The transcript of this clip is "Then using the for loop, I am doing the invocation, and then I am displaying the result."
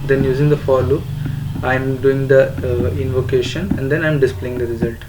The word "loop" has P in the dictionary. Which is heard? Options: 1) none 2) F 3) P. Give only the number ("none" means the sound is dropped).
1